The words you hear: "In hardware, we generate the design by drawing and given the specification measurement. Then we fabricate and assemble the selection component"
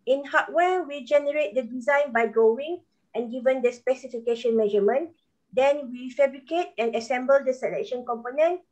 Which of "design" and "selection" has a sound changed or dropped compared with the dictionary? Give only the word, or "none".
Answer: none